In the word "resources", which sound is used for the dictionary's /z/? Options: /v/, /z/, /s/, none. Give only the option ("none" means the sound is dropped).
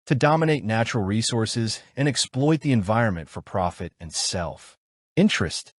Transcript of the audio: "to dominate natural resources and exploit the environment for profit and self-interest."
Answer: /z/